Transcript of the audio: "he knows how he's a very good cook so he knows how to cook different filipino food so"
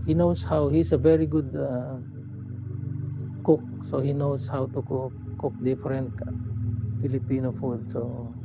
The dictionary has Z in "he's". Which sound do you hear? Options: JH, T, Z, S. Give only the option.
S